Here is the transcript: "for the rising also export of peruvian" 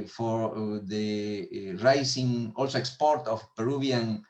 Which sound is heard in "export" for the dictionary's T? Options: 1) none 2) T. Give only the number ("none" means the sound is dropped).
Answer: 2